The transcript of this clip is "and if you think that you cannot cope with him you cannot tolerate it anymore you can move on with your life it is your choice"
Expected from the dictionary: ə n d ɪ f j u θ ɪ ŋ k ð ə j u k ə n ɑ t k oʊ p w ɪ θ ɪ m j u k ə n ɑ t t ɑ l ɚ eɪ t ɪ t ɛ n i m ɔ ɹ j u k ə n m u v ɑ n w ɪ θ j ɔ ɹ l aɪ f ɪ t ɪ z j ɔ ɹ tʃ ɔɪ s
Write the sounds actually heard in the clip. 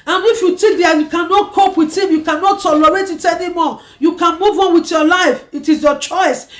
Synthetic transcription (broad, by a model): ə n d ɪ f j u t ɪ k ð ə j u k ə n ɑ t k oʊ p w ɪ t ɪ m j u k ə n ɑ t t ɑ l ɚ eɪ t ɪ t ɛ n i m ɔ j u k ə n m u v ɑ n w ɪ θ j ɔ l aɪ f ɪ t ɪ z j ɔ tʃ ɔɪ s